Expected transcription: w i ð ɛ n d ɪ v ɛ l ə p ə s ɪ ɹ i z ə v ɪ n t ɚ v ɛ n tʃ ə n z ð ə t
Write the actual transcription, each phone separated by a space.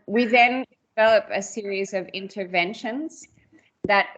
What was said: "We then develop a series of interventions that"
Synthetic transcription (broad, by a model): w i ð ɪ n d ɪ v ɛ l ə p ə s ɪ ɹ i z ə v ɪ n t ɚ v ɛ n ʃ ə n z ð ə t